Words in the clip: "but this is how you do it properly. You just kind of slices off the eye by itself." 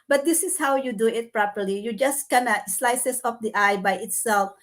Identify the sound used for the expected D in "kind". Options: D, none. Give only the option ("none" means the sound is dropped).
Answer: none